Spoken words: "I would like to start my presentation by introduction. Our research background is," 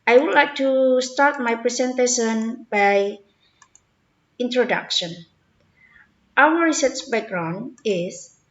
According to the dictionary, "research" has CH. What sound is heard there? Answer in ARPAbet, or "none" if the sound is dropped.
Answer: S